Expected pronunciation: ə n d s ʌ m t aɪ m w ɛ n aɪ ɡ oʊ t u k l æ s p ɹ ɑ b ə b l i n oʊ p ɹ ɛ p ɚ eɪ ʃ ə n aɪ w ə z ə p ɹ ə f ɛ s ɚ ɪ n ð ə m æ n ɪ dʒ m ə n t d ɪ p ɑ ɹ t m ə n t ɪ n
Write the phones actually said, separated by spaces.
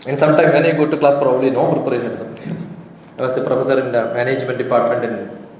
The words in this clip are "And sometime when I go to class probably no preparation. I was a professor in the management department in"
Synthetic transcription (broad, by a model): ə n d s ʌ m t aɪ m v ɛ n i ɡ oʊ t u k l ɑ s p ɹ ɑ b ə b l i n oʊ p ɹ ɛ p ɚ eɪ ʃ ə n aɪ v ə s ə p ɹ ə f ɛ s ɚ ɪ n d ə m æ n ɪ dʒ m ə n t d ɪ p ɑ ɹ t m ə n t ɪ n